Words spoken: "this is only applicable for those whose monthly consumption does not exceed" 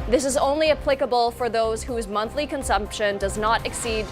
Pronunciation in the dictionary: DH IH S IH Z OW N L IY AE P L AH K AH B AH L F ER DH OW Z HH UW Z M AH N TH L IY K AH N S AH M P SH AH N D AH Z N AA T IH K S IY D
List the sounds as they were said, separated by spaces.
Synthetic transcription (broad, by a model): DH IH S IH Z OW N L IY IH P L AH K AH B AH L F ER DH OW Z HH UW Z M AH N TH L IY K AH N S AH M P SH AH N D AH Z N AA T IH K S IY D